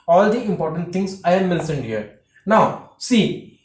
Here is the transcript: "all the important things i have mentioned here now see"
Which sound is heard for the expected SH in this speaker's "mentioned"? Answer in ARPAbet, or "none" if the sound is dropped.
S